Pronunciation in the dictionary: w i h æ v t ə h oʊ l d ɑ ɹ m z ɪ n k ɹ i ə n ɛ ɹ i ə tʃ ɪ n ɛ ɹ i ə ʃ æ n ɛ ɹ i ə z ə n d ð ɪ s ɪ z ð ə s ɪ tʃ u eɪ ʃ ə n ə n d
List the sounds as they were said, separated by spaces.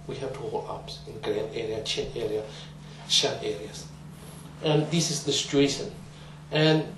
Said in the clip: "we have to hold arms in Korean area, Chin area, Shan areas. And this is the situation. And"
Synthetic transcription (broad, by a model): w i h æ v t ə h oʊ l ɑ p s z ɪ n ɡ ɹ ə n ɛ ɹ i ə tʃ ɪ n ɛ ɹ i ə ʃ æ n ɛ ɹ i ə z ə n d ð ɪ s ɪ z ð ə s ɪ tʃ u eɪ ʃ ə n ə n